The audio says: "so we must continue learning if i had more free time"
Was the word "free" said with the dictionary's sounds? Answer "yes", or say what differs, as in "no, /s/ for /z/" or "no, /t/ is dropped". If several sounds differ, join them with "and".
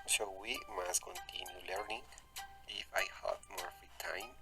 no, /ɹ/ is dropped